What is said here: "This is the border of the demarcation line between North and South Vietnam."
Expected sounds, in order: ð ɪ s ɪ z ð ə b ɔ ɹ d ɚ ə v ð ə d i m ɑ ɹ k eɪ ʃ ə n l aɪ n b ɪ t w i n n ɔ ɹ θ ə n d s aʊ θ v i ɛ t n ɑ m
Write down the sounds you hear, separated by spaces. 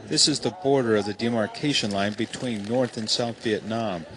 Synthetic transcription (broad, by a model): ð ɪ s ɪ z ð ə b ɔ ɹ d ɚ ə v ð ə d i m ɑ ɹ k eɪ ʃ ə n l aɪ n b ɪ t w i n n ɔ ɹ θ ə n s aʊ θ v i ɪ t n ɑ m